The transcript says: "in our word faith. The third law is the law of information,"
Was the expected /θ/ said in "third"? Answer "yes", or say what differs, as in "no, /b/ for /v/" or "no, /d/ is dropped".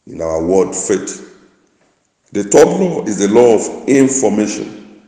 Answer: no, /t/ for /θ/